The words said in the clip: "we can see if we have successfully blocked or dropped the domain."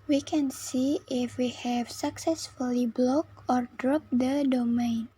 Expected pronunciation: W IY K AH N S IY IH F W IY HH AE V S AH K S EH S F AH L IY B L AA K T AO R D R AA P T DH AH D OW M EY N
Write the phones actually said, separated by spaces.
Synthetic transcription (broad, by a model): W IY K AH N S IY IH F W IY HH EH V S AH K S EH S F AH L IY B L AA K AO R D R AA P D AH D OW M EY N